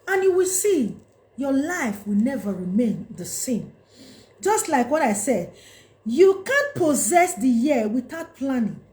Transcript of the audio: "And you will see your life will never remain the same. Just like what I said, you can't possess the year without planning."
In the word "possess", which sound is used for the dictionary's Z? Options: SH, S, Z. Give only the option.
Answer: Z